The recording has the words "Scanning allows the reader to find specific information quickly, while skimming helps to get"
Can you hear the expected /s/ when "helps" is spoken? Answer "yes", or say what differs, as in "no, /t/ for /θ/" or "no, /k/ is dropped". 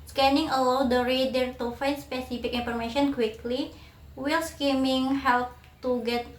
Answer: no, /s/ is dropped